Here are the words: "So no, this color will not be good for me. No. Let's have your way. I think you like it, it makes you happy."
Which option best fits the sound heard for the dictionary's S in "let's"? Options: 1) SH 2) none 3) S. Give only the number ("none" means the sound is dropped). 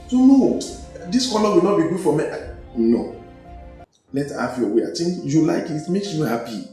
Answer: 2